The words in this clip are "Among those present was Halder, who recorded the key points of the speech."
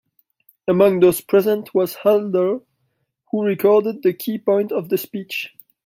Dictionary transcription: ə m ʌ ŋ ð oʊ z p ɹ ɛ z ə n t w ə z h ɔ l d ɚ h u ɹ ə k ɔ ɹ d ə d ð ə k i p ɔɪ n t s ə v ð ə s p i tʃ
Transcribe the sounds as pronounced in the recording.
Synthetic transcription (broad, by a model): ə m ʌ ŋ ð oʊ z p ɹ ɛ z ə n t w ə z h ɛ l d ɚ h u ɹ ə k ɔ ɹ d ə d ð ə k i p ɔɪ n t ə v ð ə s p i tʃ